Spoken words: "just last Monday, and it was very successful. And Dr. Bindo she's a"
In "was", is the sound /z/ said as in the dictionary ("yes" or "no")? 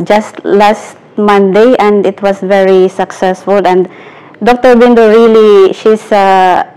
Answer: no